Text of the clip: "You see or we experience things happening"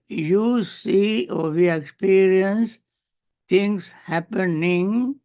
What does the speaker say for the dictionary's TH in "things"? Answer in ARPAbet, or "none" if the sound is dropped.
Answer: T